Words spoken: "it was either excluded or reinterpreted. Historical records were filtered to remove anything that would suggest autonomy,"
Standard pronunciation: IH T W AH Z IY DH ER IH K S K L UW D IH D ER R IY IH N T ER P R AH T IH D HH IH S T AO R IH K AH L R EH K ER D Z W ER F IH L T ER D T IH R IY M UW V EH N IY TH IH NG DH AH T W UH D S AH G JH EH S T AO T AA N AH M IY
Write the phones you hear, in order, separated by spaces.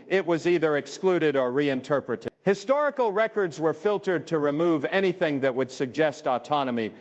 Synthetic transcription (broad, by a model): IH T W AH Z IY DH ER IH K S K L UW D IH D ER R IY IH N T ER P R AH T IH D HH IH S T AO R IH K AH L R EH K ER D Z W ER F IH L T ER D T IH R IY M UW V EH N IY TH IH NG DH AH T W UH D S AH G JH EH S T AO T AA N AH M IY